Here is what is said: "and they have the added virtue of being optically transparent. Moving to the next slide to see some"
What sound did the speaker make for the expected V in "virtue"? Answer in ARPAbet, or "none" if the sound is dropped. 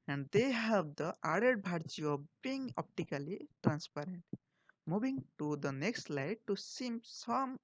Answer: B